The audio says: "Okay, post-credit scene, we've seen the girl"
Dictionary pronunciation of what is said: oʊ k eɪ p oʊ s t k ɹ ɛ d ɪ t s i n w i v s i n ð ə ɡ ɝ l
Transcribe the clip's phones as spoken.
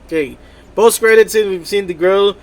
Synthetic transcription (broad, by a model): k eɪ b oʊ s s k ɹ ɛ d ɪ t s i w i v s i n ð ə ɡ ɝ l